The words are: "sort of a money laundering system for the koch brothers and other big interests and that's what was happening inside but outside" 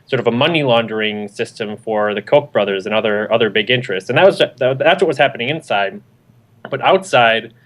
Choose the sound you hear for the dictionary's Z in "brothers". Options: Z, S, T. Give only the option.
Z